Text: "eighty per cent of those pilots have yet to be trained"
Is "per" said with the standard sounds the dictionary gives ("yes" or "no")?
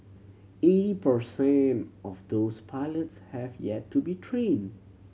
yes